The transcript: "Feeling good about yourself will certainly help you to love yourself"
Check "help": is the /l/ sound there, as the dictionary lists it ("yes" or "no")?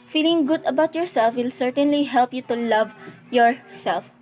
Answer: yes